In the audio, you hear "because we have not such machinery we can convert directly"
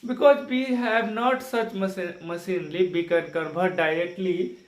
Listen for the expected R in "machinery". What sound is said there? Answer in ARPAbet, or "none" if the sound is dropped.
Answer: L